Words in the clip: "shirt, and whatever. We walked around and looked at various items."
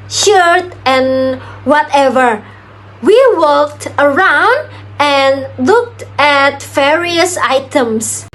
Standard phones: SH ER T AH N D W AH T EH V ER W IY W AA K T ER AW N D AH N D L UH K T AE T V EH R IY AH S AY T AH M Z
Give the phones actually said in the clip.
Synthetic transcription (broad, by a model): SH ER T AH N W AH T EH V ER W IY W AA K T ER AW N D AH N L UH K T AE T V EH R IY AH S AY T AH M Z